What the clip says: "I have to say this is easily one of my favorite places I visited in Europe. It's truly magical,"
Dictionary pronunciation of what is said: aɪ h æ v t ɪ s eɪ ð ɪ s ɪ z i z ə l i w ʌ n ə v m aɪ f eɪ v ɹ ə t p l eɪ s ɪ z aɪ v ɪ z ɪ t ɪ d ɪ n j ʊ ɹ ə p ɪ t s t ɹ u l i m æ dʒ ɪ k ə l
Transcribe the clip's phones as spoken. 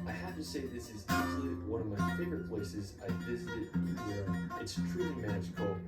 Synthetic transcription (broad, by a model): aɪ h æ f t ɪ s eɪ ð ɪ s ɪ z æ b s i w ʌ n ə v m aɪ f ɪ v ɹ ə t p l eɪ s ɪ z aɪ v ɪ z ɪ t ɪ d ɪ n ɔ ə ɪ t s t ɹ u l i m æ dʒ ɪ k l